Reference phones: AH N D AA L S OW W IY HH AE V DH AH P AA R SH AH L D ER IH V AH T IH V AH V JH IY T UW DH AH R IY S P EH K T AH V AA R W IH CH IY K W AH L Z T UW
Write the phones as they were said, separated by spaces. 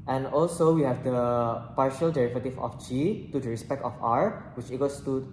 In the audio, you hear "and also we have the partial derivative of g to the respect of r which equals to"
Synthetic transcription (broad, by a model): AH N AA L S OW W IY HH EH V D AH P AA R SH AH L D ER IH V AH T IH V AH F JH IY T UW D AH R IY S P EH K T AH F AA R W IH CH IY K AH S T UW